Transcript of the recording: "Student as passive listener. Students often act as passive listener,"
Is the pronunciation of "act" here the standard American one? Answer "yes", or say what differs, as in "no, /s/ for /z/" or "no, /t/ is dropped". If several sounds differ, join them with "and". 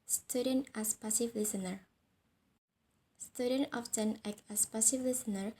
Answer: no, /t/ is dropped